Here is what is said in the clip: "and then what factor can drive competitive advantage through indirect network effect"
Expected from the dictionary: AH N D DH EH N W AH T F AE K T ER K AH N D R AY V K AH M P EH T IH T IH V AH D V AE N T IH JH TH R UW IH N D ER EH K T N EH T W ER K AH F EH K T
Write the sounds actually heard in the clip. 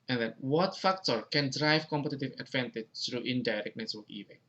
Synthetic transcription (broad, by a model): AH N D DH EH N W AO T F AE K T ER K AH N D R AY V K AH M P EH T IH T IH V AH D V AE N T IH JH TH R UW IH N D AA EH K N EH S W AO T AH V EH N